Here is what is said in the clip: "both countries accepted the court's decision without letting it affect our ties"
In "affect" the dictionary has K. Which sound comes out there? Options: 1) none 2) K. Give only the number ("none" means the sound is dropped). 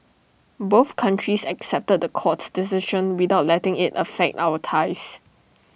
2